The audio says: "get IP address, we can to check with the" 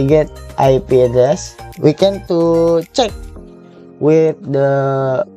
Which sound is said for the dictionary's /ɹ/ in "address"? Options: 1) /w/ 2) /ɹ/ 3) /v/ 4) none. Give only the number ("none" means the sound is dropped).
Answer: 4